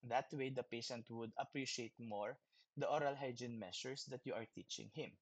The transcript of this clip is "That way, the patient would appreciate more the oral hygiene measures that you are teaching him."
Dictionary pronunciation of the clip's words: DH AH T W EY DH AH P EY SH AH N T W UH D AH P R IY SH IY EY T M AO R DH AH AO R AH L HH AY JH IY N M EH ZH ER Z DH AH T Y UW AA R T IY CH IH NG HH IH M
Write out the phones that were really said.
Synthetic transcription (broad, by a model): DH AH T W EY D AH P EY SH AH N T W UH D AH P R IY SH IY EY T M AO R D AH AO R AH L HH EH JH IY N M EH S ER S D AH T Y UW AA R T IY CH IH NG HH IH M